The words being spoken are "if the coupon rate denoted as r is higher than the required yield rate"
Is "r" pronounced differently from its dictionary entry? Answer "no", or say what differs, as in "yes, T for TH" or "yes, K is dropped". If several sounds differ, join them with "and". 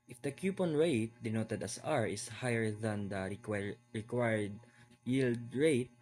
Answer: no